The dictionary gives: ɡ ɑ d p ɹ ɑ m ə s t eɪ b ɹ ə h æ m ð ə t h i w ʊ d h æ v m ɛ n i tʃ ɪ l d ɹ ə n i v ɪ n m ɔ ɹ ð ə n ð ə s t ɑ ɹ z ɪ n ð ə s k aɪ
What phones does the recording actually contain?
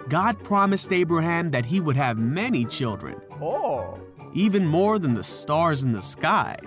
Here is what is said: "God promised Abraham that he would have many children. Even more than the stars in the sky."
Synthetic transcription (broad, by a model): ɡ ɑ d p ɹ ɑ m ə s t eɪ b ɹ ə h æ m ð ə t h i w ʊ d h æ v m ɛ n i tʃ ɪ l d ɹ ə n i v ɪ n m ɔ ɹ ð ə n ð ə s t ɑ ɹ z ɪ n ð ə s k aɪ